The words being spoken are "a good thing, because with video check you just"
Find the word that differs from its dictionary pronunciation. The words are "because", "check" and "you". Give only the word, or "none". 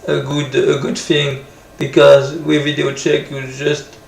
none